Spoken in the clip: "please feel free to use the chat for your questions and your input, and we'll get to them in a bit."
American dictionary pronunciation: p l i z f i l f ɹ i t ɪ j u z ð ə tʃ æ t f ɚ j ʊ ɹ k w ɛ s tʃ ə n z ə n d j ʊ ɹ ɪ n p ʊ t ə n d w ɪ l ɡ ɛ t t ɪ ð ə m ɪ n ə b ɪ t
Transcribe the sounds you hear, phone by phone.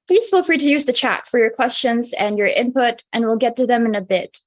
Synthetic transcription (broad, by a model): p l i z f i l f ɹ i t ɪ j u z ð ə tʃ æ t f ɚ j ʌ ɹ k w ɛ s tʃ ə n z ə n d j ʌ ɹ ɪ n p ʊ t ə n w ɪ l ɡ ɛ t t ɪ ð ə m ɪ n ə b ɪ t